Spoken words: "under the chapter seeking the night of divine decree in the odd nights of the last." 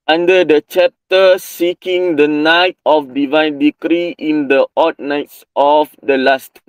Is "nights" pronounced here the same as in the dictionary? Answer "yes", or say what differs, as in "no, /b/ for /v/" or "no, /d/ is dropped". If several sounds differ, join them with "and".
yes